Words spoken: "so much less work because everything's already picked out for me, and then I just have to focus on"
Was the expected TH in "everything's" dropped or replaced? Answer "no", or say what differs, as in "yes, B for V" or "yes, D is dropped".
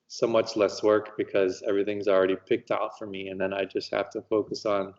no